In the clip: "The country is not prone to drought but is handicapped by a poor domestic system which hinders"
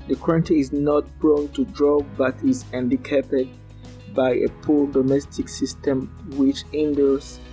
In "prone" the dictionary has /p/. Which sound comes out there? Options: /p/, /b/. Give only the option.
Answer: /b/